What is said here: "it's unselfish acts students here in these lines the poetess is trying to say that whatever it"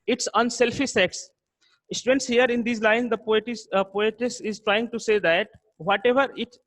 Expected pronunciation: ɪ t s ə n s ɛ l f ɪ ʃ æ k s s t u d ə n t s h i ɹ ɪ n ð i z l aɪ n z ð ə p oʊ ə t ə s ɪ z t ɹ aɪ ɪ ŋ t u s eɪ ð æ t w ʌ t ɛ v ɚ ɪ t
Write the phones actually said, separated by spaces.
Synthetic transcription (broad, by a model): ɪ t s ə n s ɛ l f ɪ s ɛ k s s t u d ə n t s h i ɹ ɪ n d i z l aɪ n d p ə p oʊ ə t ə s ɪ z t ɹ aɪ ɪ ŋ t u s eɪ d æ t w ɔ t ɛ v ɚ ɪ t